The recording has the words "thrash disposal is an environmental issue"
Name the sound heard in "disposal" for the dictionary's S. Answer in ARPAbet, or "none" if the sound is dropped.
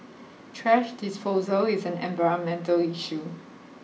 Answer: S